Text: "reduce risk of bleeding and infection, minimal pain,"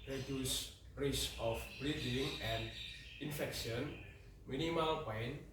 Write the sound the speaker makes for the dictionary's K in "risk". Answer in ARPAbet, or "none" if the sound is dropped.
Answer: none